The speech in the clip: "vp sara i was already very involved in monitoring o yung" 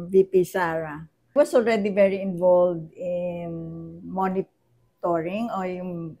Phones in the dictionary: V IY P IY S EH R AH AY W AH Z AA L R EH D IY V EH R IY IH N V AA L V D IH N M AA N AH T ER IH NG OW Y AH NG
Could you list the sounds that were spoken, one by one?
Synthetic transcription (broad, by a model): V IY P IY S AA R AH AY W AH S AA L R EH D IY V EH R IY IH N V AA L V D IH N M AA N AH T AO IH NG OW Y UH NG